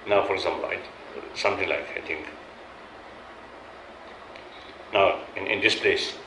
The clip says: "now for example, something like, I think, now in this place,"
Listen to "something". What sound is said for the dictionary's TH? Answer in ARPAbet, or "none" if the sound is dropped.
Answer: T